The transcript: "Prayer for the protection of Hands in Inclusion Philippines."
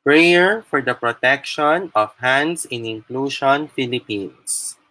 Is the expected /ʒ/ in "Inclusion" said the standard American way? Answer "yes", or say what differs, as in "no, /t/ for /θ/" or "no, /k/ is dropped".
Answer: no, /ʃ/ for /ʒ/